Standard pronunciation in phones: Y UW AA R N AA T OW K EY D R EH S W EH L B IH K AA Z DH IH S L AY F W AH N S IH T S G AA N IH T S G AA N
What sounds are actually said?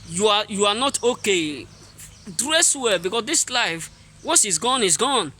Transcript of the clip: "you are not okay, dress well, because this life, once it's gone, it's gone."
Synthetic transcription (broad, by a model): Y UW AA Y N AA T OW K EY D R EH S W EH L B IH K AA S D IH S L AY F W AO S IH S G AA N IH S G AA N